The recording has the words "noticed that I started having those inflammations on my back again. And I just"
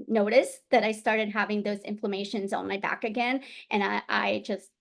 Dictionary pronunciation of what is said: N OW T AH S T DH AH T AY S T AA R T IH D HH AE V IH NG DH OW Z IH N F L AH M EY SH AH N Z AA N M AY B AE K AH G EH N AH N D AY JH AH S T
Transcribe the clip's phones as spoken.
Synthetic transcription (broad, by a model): N OW T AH S DH AH T AY S T AA R T IH D HH AE V IH NG DH OW Z IH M F L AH M EY SH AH N Z N M AY B AE K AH G EH N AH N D AY JH AH S T